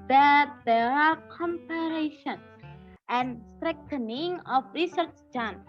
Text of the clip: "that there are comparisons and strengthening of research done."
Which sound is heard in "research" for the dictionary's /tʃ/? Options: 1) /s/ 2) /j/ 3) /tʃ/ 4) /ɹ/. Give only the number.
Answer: 3